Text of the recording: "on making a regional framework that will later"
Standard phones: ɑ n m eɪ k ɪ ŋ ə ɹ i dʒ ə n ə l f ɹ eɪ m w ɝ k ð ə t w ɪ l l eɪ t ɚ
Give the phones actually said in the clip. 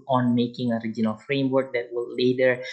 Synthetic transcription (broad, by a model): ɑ n m eɪ k ɪ ŋ ə ɹ i dʒ ə n ə l f ɹ eɪ m w ɝ k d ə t w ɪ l l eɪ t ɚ